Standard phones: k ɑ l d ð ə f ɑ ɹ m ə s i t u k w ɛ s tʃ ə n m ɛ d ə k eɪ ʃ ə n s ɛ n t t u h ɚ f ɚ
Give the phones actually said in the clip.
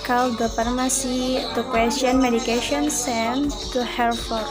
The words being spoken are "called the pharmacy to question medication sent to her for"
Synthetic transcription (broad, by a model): k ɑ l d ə p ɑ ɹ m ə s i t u k w ɛ s tʃ ə n m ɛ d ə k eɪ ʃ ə n s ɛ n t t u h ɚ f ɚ